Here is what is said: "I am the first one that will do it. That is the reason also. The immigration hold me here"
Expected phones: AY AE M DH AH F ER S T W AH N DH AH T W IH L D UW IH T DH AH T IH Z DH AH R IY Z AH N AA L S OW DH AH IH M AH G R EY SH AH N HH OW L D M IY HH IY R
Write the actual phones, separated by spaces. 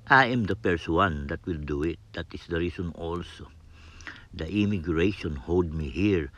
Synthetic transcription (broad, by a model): AY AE M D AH P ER S W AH N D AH T W IH L D UW IH T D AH T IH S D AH R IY S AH N AA L S OW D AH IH M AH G R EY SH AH N HH OW L D M IY HH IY R